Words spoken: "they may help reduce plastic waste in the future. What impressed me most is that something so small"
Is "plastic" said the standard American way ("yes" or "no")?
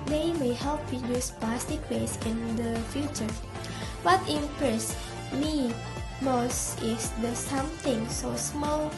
no